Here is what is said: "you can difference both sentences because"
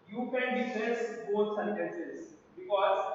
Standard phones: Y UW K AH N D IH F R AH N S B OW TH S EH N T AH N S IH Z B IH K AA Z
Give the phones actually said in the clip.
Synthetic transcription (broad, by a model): Y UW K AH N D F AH S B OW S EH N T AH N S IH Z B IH K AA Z